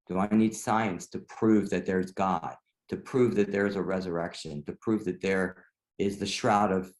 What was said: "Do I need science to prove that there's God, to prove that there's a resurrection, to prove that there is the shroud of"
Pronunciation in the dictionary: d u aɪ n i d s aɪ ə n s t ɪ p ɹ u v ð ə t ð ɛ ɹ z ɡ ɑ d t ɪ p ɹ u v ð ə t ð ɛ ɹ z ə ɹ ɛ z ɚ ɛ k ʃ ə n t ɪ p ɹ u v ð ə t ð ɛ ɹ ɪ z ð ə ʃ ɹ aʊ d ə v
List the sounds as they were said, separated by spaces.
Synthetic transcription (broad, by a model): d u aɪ n i d s aɪ ə n s t ɪ p ɹ u v ð ə t ð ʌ ɹ z ɡ ɑ d t ɪ p ɹ u v ð ə t ð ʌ ɹ z ə ɹ ɛ z ɚ ɛ k ʃ ə n t ɪ p ɹ u v ð ə t ð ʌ ɹ ɪ z ð ə ʃ ɹ aʊ d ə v